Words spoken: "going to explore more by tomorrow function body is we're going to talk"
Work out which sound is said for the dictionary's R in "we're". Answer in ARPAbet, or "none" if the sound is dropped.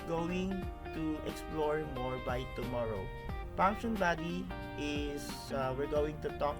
R